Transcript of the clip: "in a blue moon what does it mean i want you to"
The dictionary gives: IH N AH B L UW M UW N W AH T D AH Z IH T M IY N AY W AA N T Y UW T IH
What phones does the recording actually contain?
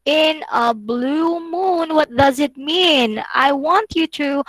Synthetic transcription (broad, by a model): IH N AH B L UW M UW N W AH T D AH Z IH T M IY N AY W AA N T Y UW T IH